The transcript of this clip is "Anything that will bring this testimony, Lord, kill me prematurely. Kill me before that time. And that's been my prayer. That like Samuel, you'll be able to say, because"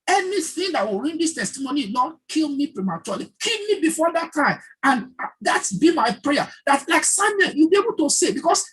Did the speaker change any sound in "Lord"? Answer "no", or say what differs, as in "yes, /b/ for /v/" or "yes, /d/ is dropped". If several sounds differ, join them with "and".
yes, /n/ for /l/